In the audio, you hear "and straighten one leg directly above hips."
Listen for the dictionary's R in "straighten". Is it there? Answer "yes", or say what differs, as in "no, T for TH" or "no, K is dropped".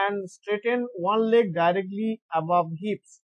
yes